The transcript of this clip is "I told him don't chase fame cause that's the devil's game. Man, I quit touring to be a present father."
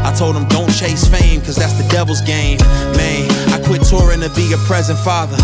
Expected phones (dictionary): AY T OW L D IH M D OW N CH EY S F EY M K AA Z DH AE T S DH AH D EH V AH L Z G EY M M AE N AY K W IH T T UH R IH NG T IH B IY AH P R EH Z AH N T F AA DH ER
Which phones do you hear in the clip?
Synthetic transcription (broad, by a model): AY T OW L D IH M D OW N CH EY S F EY M K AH Z DH AE T S DH AH D EH V L Z G EY M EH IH AY K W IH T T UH R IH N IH B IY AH P R EH Z AH N T F AA DH ER